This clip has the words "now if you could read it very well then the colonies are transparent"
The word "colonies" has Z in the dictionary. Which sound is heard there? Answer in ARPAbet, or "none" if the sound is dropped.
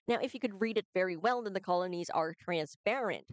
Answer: Z